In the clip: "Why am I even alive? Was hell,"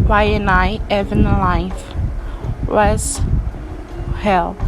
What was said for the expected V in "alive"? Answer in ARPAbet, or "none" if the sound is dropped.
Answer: F